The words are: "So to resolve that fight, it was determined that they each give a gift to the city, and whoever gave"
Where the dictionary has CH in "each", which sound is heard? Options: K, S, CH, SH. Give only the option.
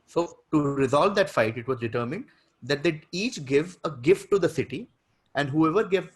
CH